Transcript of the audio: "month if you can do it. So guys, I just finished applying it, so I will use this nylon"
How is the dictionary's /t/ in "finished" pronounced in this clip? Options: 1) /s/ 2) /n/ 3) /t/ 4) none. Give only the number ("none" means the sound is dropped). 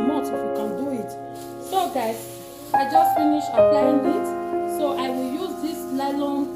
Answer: 4